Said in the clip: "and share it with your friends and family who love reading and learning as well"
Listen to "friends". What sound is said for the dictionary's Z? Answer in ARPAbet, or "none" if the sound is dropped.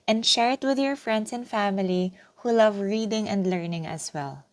S